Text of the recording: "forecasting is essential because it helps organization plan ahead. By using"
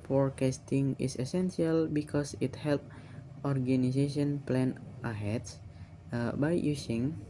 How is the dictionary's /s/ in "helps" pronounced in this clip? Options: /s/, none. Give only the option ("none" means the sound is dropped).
none